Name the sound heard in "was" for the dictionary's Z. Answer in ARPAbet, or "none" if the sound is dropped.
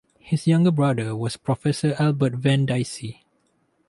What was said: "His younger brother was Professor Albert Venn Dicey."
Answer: S